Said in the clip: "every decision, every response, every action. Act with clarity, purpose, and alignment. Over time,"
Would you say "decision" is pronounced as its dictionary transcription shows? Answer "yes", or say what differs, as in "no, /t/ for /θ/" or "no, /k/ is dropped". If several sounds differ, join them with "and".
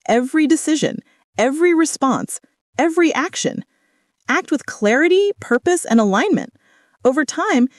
yes